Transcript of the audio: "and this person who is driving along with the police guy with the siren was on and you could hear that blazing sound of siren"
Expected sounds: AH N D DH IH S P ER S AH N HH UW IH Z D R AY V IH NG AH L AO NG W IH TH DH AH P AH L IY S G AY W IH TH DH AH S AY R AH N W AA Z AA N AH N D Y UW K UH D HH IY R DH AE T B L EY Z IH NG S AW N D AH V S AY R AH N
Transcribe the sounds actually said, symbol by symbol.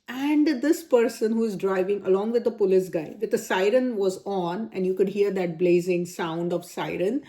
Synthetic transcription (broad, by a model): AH N D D IH S P ER S AH N HH UW IH Z D R AY V IH NG AH L AO NG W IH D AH P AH L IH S G AY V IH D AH S AY R AH N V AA Z AA N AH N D Y UW K UH D HH IY R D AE T B L EY Z IH NG S AW N D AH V S AY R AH N